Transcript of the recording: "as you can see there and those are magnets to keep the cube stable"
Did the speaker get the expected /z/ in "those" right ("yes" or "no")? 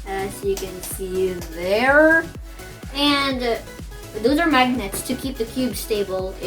yes